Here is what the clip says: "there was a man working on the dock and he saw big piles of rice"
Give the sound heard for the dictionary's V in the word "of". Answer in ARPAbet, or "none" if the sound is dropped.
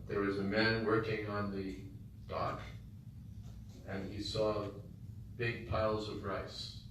V